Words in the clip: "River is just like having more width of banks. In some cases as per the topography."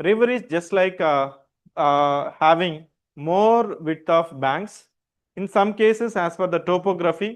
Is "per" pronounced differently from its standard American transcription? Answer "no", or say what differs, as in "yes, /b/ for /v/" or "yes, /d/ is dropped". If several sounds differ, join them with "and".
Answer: yes, /f/ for /p/